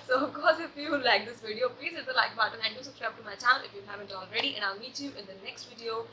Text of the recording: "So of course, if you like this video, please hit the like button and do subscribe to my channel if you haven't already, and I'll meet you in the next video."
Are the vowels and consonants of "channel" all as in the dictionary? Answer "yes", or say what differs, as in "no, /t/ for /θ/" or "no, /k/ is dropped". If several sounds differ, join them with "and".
no, /n/ is dropped and /n/ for /l/